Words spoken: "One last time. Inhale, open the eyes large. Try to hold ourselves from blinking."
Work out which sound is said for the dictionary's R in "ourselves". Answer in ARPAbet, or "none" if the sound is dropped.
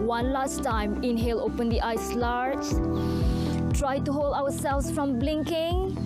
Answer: W